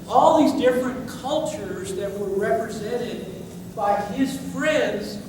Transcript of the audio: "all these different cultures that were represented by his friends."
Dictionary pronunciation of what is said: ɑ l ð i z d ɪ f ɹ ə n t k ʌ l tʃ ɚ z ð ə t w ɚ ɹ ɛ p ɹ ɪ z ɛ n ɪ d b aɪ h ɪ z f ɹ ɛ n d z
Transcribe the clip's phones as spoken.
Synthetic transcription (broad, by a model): ɑ l ð i z d ɪ f ɹ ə n k ʌ l tʃ ɚ z ð ə t w ɚ ɹ ɛ p ɹ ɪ z ɛ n ɪ d b aɪ ɪ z f ɹ ɛ n d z